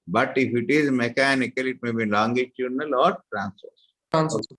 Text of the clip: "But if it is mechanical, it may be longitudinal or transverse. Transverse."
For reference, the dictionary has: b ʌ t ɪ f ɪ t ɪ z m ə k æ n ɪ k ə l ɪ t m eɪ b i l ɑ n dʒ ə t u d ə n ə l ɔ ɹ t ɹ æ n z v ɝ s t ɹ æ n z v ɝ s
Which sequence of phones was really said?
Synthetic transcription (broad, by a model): b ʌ t ɪ f ɪ t ɪ z m ə k æ n ɪ k ə l ɪ t m eɪ b i l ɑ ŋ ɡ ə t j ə n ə l ɔ ɹ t ɹ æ n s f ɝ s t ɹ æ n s